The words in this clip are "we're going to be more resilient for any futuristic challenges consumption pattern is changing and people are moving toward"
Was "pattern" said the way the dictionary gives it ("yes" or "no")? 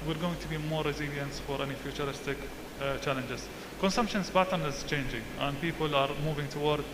no